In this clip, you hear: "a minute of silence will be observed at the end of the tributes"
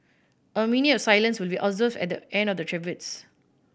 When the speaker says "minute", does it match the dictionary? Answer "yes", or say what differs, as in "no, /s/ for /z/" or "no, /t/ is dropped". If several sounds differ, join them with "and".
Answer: no, /t/ is dropped